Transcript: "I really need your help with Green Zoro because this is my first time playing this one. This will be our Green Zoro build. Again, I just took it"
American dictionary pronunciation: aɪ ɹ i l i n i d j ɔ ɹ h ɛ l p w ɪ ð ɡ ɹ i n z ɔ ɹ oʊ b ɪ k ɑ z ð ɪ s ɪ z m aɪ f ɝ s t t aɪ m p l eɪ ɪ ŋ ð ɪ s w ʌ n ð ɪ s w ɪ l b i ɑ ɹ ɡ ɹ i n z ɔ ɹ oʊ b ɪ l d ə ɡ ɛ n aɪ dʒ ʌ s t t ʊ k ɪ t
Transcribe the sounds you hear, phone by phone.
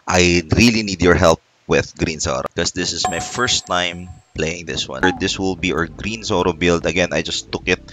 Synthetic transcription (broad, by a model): aɪ ɹ i l i n i d j ɔ ɹ h ɛ l p w ɪ ð ɡ ɹ i n s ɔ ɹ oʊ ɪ k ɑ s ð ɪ s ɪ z m aɪ f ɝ s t t aɪ m p l eɪ ɪ ŋ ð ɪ s w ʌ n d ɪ s w ɪ l b i ɑ ɹ ɡ ɹ i n s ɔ ɹ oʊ b ɪ l d ə ɡ ɛ n aɪ dʒ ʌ s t t ʊ k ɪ t